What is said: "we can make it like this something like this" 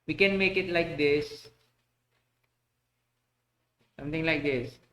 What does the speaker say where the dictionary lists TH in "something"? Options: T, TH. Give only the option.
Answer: T